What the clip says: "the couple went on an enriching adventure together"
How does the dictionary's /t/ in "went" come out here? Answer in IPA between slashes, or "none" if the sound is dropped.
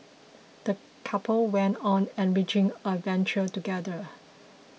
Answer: /t/